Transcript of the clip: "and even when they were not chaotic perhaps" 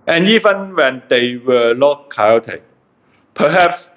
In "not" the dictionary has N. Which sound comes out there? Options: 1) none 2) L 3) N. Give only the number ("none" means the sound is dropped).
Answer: 2